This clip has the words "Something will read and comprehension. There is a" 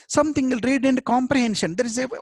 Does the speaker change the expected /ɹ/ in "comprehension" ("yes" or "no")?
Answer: no